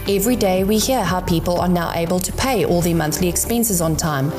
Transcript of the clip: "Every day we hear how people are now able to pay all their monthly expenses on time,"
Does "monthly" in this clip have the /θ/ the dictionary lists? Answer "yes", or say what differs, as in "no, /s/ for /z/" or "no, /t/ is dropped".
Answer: yes